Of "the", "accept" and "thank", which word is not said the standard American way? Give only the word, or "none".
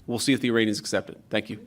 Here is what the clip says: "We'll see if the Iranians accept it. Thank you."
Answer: none